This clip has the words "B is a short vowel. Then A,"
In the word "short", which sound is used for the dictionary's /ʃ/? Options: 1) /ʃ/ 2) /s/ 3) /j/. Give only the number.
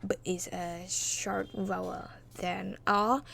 1